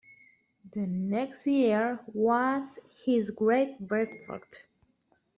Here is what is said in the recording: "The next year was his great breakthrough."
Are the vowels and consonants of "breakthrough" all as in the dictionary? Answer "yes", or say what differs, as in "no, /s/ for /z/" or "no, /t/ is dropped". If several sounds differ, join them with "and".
no, /f/ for /θ/